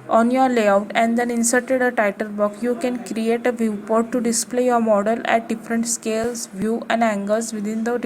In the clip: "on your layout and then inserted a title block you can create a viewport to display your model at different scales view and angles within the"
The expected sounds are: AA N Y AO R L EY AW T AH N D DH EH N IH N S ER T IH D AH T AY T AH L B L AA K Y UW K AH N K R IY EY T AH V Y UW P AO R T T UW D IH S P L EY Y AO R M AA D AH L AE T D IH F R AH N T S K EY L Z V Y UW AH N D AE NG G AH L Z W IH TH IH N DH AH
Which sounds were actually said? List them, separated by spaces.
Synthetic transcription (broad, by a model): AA N Y AO R L EY AW T AH N D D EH N IH N S ER T IH D AH T AY T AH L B AA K Y UW K AH N K R IY EY T AH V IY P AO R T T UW D IH S P L EY Y AO R M AA D AH L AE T D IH F R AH N T S K EY L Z V Y UW AH N D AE NG G AH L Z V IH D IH N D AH